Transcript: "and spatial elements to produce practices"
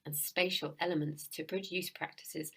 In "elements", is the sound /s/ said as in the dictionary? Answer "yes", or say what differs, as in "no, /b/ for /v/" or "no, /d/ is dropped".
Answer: yes